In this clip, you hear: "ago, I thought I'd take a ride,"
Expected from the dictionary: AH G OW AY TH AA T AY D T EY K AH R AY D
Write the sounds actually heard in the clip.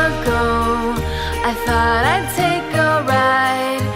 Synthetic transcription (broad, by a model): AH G OW AY TH AA T AY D T EY K AH R AY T